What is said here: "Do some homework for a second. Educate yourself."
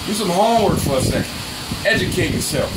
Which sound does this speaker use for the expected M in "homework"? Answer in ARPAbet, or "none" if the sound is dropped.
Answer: none